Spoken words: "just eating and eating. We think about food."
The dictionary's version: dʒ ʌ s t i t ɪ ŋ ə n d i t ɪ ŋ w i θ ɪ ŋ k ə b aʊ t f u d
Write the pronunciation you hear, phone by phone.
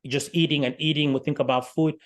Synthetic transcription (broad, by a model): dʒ ʌ s t i t ɪ ŋ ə n i t ɪ ŋ w i θ ɪ ŋ k ə b aʊ t f u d